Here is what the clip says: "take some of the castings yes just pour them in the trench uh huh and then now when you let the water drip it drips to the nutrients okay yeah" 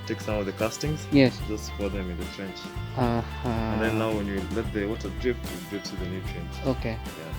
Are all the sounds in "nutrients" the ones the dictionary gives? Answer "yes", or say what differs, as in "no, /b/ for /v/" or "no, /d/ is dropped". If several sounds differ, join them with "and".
no, /s/ is dropped